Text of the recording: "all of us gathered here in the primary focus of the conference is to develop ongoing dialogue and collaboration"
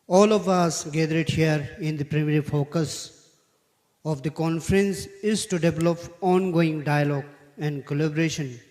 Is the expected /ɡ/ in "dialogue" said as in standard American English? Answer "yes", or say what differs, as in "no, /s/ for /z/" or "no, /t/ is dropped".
yes